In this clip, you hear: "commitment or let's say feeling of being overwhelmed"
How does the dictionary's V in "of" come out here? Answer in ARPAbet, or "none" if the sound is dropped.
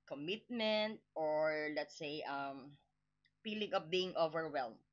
P